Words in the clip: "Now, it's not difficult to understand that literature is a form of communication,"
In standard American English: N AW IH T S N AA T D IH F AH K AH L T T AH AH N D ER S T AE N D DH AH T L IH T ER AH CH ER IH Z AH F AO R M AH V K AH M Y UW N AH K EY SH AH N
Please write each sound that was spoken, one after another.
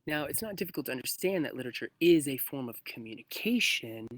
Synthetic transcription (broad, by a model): N AW IH T S N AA T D IH F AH AH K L T AH AH N D ER S T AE N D DH AH T L IH T ER AH CH ER IH Z AH F AO R M AH V K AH M Y UW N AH K EY SH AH N